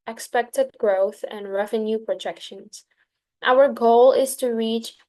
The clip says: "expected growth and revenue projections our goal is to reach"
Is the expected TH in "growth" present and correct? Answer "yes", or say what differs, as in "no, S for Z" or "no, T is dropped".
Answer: yes